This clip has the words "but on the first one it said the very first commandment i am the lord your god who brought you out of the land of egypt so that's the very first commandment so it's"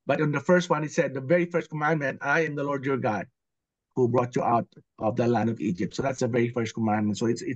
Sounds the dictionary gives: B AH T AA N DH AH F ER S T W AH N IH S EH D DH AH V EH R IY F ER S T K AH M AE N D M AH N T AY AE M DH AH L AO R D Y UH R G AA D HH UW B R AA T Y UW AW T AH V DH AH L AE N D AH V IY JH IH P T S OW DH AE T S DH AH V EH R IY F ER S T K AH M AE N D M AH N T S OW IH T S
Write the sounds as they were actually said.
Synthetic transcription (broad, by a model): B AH T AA N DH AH F ER S T W AH N IH S EH D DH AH V EH R IY F ER S T K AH M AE N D M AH N T AY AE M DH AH L AO R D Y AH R G AA D HH UW B R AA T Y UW AW T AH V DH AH L AE N D AH V IY JH IH P T S OW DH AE T S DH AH V EH R IY F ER S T K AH M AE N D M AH N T S OW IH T S